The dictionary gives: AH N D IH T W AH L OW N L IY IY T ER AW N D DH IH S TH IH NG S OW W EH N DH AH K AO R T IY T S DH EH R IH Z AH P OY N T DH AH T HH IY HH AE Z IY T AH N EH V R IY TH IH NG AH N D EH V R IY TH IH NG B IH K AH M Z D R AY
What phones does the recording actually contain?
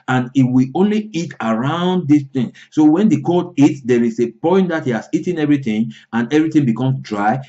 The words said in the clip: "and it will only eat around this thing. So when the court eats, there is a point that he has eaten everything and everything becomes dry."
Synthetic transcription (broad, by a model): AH N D IH T W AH OW N L IY IY T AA AW N D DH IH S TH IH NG S OW W EH N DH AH K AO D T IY T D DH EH R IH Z AH P OY N T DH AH T HH IY HH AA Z IY T AH N EH V R IY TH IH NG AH N EH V R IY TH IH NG B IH K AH M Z D R AY